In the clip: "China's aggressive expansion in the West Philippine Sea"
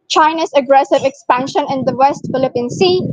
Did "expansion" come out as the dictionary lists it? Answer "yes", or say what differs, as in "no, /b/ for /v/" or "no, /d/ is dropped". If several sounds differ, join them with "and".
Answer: yes